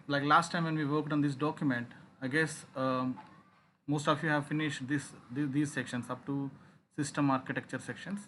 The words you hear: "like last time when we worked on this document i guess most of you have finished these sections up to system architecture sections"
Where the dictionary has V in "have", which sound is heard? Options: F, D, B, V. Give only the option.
V